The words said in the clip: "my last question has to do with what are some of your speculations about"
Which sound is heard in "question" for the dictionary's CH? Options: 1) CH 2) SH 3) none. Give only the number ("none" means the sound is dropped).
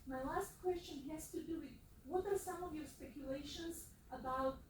1